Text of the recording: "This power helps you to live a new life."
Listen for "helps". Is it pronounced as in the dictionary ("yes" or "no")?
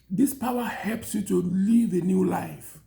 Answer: yes